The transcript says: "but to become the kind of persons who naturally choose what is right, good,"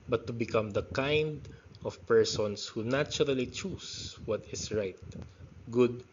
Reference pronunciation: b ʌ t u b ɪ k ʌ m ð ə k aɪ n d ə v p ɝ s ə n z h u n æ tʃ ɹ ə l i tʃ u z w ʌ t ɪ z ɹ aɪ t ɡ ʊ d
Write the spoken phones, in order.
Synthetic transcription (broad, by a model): b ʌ t u b ɪ k ʌ m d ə k aɪ n d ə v p ɝ s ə n s h u n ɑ tʃ ɹ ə l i tʃ u s w ʌ t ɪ s ɹ aɪ t ɡ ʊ d